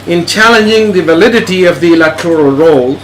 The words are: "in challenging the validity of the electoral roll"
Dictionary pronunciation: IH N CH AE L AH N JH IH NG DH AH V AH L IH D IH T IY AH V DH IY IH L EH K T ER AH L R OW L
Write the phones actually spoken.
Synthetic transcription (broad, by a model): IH N CH AE L AH N JH IH NG DH AH V AH L IH D IH T IY AH V DH IY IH L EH K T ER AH L R OW L